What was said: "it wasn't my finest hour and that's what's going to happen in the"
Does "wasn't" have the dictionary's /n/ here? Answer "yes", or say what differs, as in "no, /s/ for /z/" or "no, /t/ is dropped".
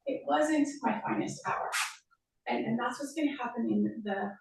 yes